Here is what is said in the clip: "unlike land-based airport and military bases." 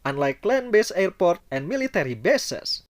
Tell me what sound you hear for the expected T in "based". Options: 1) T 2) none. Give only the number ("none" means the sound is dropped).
2